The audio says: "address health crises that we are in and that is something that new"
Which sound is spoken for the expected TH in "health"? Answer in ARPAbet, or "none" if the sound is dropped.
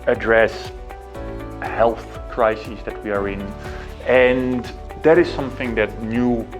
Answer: TH